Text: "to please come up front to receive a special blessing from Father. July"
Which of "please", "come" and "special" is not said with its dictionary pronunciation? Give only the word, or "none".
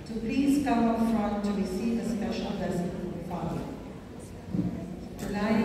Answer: none